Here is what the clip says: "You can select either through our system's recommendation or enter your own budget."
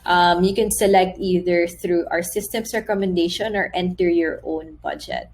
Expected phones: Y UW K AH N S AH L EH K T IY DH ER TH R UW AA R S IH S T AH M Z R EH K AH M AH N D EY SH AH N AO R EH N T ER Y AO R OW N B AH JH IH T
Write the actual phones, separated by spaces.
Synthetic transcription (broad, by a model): Y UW K AH N S AH L EH K T IY DH ER TH R UW AA R S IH S T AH M S R EH K AH M AH N D EY SH AH N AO R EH N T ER Y AO R OW N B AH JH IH T